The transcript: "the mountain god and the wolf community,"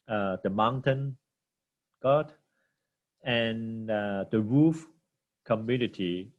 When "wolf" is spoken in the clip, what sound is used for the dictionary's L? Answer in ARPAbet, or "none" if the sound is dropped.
none